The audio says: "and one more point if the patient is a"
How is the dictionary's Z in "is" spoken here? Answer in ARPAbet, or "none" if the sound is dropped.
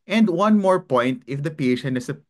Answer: S